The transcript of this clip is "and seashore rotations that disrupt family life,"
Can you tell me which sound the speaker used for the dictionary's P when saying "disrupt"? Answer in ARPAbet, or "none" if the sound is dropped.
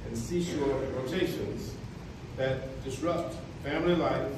P